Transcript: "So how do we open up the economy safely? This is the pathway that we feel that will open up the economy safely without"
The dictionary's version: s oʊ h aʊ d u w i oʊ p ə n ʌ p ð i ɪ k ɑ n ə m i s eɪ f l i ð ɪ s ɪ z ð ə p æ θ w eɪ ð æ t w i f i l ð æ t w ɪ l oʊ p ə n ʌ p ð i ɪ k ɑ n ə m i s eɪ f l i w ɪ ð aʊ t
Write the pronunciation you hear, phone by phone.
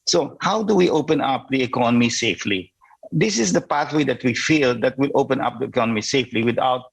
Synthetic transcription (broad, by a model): s oʊ h aʊ d u w i oʊ p ə n ʌ p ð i ɪ k ɑ n ə m i s eɪ f l i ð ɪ s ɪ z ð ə p æ θ w eɪ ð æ t w i f i l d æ t w ɪ l oʊ p ə n ʌ p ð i ɪ k ɑ n ə m i s eɪ f l i w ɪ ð aʊ t